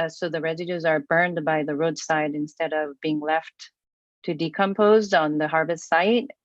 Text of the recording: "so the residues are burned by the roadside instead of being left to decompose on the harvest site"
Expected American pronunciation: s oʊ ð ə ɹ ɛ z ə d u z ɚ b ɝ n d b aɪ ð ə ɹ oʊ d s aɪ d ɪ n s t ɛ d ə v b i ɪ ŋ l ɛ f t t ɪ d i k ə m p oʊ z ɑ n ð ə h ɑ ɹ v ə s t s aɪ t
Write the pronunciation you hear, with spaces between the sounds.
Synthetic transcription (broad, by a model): s oʊ ð ə ɹ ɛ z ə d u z ɚ b ɝ n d b aɪ ð ə ɹ oʊ d s aɪ d ɪ n s t ɛ d ə v b i ɪ ŋ l ɛ f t t ɪ d i k ə m p oʊ z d n ð ə h ɑ ɹ v ə s t s aɪ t